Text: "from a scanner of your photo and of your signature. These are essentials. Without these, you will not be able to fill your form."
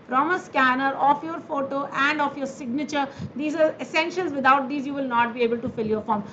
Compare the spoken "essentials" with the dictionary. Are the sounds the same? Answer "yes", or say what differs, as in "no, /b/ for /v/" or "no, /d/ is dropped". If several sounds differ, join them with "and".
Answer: no, /n/ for /l/